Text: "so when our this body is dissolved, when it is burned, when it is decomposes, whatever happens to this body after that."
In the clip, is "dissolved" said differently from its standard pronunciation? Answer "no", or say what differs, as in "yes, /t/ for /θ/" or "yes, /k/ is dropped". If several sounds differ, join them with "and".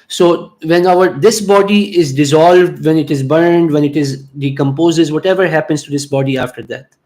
no